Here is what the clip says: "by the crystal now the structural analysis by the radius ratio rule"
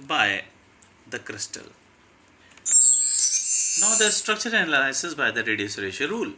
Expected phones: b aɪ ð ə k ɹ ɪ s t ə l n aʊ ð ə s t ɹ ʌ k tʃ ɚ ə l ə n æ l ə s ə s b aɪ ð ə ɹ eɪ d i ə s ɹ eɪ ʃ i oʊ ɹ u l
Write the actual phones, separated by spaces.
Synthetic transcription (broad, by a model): b aɪ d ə k ɹ ɪ s t ə l n aʊ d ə s t ɹ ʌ k tʃ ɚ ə n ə l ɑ ə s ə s b aɪ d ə ɹ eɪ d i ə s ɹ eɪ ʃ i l ɹ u l